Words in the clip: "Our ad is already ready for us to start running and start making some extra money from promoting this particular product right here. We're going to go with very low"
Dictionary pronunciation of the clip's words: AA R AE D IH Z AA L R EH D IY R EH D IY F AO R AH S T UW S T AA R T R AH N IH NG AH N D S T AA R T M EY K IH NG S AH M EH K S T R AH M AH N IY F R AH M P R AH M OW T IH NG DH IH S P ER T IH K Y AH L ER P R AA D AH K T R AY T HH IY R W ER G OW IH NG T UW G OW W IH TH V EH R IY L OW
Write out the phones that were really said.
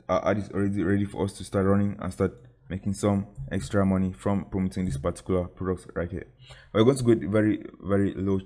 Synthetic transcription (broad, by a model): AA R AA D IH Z AA L R EH D IY R EH D IY F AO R AH S T UW S T AA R T R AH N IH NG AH N S T AA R T M EY K IH NG S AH M EH K S T R AH M AH N IY F R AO M P R AH M OW T IH NG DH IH S P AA T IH K Y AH L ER P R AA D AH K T R AY T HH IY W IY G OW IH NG T UW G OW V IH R V EH R IY L OW